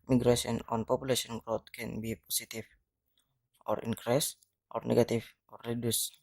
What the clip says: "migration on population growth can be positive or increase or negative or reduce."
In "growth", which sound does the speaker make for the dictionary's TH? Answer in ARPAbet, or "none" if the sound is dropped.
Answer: T